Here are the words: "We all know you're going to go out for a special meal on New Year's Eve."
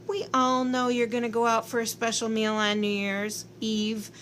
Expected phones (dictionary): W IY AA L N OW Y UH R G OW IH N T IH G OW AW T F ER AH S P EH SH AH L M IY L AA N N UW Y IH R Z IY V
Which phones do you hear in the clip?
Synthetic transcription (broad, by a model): W IY AA L N OW Y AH R G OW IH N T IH G OW AW T F ER AH S P EH SH L M IY L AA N N UW Y IH R Z IY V